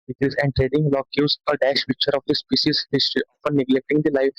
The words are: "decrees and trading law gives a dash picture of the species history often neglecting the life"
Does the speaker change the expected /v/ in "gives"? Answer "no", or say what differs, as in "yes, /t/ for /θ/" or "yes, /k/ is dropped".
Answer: yes, /v/ is dropped